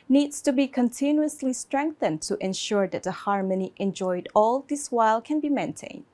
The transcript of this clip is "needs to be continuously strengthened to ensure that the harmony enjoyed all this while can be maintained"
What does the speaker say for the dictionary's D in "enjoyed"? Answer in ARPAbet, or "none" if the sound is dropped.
D